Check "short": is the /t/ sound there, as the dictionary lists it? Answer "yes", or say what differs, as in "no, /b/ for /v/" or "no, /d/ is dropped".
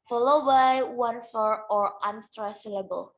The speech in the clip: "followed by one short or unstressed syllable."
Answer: no, /t/ is dropped